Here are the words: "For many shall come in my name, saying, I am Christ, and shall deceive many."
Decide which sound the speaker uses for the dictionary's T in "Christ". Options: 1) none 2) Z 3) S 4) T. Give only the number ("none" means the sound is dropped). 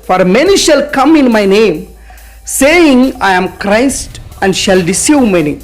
4